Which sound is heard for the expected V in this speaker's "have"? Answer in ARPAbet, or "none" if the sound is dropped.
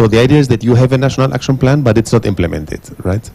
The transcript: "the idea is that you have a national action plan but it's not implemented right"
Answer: V